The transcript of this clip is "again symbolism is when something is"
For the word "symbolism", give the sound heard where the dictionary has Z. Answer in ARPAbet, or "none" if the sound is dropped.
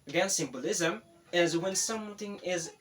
Z